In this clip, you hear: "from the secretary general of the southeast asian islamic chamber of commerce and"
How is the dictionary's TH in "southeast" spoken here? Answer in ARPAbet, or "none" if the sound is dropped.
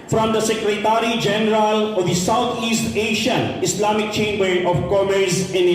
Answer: T